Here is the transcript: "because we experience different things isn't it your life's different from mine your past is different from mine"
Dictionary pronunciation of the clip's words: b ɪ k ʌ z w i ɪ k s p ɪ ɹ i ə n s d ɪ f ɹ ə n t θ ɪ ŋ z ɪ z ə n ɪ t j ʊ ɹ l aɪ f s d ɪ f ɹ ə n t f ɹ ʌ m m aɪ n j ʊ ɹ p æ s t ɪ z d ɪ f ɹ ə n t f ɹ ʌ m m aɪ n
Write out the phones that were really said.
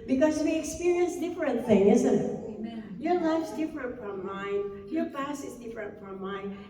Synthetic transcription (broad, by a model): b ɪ k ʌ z w i ɪ k s p ɪ ɹ i ə n s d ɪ f ɹ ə n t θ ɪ ŋ ɪ z ə n ɪ t j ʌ ɹ l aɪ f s d ɪ f ɹ ə n t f ɹ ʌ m m aɪ n j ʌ ɹ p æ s ɪ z d ɪ f ɹ ə n t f ɹ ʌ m m aɪ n